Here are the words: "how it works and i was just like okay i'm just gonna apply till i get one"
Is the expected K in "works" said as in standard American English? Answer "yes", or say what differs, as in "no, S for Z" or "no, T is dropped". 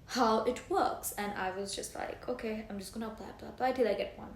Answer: yes